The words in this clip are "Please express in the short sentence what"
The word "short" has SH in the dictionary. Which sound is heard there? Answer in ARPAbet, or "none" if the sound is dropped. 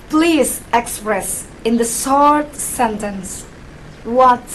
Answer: S